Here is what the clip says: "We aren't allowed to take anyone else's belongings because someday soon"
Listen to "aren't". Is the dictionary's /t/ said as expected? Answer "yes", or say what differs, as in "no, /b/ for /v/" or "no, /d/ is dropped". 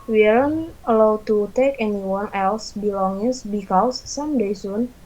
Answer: no, /t/ is dropped